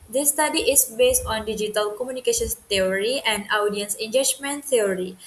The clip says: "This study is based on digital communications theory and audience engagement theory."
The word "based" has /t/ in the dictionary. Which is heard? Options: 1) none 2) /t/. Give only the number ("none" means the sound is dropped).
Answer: 2